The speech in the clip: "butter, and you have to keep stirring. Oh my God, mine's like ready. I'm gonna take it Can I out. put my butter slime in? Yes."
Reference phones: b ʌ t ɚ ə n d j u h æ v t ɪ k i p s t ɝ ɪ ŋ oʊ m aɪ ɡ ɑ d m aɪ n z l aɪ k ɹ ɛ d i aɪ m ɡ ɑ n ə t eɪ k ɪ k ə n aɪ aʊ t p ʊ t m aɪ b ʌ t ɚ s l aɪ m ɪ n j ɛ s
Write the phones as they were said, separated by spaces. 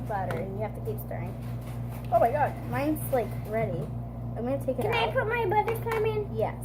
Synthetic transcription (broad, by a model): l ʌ t ɚ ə n j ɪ h æ f t ɪ k i p s t ɝ ɪ ŋ oʊ m aɪ ɡ ɑ d m aɪ n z l aɪ k ɹ ɛ d i aɪ m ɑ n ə t eɪ k ɪ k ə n aɪ p ʊ t m aɪ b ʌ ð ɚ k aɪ m ɪ n j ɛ